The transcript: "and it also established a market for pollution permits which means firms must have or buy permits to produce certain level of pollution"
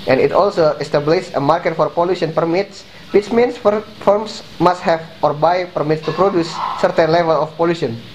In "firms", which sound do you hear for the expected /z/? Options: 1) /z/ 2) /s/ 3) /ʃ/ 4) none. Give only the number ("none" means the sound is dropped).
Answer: 2